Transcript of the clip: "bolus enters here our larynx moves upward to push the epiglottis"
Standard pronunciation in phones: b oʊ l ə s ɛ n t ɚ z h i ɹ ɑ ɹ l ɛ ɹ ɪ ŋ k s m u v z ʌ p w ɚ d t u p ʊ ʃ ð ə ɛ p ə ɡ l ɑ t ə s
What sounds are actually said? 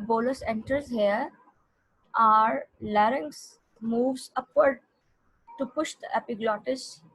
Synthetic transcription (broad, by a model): b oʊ l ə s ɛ n t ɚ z h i ɹ ɑ ɹ l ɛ ɹ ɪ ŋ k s m u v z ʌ p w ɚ d t u p ʊ ʃ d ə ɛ p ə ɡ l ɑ t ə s